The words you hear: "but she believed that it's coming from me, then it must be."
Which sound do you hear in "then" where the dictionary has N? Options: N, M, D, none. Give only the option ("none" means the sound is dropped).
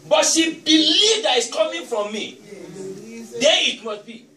none